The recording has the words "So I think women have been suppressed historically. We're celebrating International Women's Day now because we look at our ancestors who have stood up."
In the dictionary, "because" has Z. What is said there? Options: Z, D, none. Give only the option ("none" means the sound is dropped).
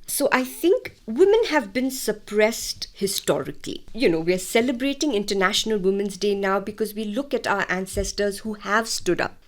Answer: Z